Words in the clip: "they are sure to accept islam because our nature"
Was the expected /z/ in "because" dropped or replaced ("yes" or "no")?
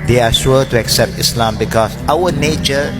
yes